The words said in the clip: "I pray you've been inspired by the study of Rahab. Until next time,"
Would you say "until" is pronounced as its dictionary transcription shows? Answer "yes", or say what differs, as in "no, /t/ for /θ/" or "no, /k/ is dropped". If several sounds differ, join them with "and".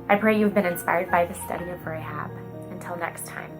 yes